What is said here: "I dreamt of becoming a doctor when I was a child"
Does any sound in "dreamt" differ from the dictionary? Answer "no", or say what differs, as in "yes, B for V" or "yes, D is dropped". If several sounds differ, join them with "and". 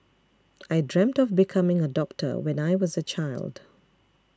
no